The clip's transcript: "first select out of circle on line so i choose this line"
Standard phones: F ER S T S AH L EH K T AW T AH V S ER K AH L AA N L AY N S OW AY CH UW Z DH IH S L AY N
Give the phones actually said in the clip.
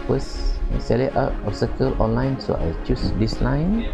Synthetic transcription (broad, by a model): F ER S S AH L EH T AW T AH F S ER K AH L AA N L AY N S OW AY CH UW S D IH S L AY N